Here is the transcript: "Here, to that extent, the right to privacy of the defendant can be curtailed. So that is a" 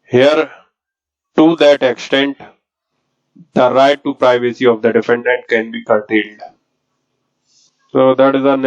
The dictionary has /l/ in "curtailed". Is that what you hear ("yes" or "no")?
yes